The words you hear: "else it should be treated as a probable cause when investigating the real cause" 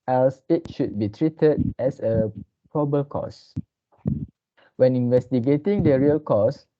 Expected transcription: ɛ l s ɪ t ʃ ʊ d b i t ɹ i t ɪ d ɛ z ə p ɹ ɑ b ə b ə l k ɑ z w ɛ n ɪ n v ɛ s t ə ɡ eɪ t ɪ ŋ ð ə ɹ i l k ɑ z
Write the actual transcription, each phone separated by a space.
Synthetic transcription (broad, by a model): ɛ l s ɪ t ʃ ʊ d b i t ɹ i t ɪ d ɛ s ə p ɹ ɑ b b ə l k ɑ s w ɛ n ɪ n v ɛ s t ə ɡ eɪ t ɪ ŋ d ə ɹ i l k ɑ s